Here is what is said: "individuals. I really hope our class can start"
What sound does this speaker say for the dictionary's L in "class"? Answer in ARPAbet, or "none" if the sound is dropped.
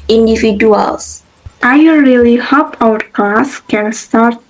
none